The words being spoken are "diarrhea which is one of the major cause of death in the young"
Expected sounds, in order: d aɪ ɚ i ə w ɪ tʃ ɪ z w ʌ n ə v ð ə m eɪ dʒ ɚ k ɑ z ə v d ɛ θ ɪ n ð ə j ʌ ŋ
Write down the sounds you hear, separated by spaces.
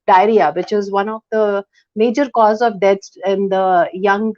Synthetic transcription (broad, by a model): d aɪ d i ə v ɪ tʃ ɪ z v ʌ n ə v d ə m eɪ dʒ ɚ k ɑ z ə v d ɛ s ɪ n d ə j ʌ ŋ